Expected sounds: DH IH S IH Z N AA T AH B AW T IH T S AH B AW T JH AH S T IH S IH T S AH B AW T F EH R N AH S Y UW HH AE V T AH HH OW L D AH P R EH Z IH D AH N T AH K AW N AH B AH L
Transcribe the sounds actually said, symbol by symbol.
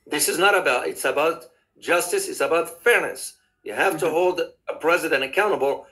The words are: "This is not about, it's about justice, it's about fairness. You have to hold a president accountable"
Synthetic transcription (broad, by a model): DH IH S IH Z N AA T AH B AW T IH T S AH B AW T JH AH S T IH S IH T S AH B AW T F EH R N AH S Y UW HH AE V T AH HH OW L D AH P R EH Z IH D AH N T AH K AW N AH B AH L